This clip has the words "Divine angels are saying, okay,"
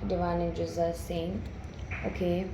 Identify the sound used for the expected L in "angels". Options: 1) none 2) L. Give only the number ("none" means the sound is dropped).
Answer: 1